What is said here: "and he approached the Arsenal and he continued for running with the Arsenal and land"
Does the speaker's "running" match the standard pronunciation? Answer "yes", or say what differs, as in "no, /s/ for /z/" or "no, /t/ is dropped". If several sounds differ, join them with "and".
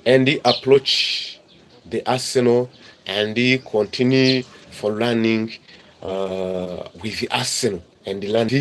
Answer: no, /l/ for /ɹ/